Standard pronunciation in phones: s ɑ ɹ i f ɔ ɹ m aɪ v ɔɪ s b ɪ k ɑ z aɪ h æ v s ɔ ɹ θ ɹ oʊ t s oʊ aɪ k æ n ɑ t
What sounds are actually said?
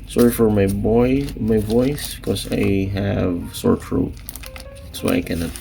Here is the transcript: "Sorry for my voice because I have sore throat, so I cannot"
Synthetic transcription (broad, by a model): s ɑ ɹ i f ɔ ɹ m aɪ b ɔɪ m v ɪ k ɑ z aɪ h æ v s ɔ ɹ f ɹ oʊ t s oʊ aɪ k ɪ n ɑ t